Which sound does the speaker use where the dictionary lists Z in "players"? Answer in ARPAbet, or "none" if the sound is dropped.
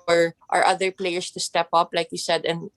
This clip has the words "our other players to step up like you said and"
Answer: S